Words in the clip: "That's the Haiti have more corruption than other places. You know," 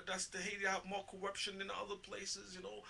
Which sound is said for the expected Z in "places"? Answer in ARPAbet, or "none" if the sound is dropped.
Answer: Z